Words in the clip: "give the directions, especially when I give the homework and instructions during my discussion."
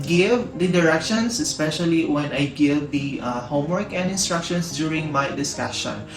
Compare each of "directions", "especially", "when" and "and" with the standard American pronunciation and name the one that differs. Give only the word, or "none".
directions